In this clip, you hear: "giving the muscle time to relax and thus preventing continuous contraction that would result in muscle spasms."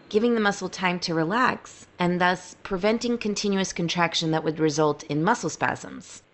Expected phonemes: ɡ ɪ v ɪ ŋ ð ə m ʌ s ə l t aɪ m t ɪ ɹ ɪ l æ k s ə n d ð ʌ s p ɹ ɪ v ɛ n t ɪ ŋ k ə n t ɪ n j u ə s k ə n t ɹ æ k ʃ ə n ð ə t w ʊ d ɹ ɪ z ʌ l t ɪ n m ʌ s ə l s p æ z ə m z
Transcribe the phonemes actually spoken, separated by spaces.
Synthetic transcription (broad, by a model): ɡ ɪ v ɪ ŋ ð ə m ʌ s l t aɪ m t ɪ ɹ ɪ l æ k s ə n ð ʌ s p ɹ ɪ v ɛ n t ɪ ŋ k ə n t ɪ n j u ə s k ə n t ɹ æ k ʃ ə n ð ə t w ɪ d ɹ ɪ z ʌ l t ɪ n m ʌ s l s p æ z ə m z